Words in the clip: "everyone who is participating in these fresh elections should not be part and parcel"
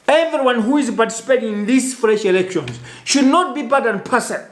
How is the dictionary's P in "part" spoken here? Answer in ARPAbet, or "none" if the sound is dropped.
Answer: B